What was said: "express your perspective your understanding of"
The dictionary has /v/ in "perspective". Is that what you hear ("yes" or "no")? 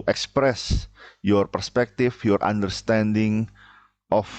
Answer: no